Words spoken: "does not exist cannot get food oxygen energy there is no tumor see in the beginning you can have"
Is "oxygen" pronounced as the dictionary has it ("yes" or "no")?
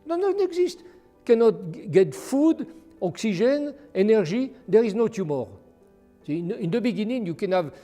no